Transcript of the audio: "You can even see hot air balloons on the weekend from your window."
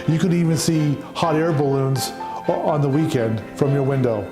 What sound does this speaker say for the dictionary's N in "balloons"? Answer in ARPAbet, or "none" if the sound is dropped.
N